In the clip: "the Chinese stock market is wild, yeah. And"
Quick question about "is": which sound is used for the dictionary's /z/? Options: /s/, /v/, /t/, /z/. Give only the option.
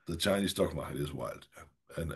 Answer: /z/